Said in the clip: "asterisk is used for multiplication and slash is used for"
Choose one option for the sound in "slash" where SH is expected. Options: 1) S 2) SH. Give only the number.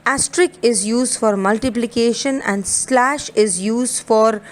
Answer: 2